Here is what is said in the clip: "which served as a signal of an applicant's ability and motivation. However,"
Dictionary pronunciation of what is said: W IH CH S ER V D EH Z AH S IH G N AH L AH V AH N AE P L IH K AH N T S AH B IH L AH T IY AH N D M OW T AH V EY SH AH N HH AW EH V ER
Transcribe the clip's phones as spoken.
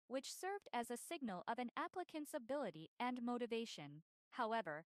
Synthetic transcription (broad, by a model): W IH CH S ER V D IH Z AH S IH G N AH L AH V AH N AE P L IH K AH N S AH B IH L AH T IY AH N M OW T AH V EY SH AH N HH AW EH V ER